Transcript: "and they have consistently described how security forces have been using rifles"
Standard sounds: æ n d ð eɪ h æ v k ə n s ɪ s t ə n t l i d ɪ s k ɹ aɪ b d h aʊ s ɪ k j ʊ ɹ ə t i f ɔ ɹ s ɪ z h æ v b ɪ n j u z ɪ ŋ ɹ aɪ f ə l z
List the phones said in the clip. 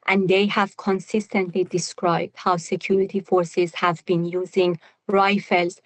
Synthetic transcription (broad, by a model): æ n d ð eɪ h æ v k ə n s ɪ s t ə n t l i d ɪ s k ɹ aɪ b d h aʊ s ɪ k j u ɹ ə t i f ɔ ɹ s ɪ z h æ v b ɪ n j u z ɪ ŋ ɹ aɪ f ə l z